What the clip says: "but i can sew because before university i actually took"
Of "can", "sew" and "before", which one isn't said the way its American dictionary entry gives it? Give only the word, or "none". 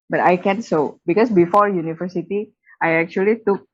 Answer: none